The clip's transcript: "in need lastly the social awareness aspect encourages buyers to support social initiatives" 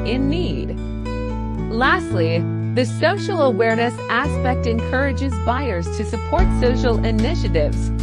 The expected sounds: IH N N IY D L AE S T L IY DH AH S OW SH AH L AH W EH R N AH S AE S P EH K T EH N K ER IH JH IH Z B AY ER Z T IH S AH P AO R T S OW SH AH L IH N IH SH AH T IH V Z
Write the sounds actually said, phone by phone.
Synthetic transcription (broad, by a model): IH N N IY D L AE S T L IY DH AH S OW SH L AH W EH R N AH S AE S P EH K T EH N K ER IH JH IH Z B AY ER Z T IH S AH P AO R T S OW SH L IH N IH SH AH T IH V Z